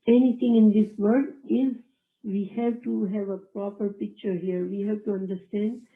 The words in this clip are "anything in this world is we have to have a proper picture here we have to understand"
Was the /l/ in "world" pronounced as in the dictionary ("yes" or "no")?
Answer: no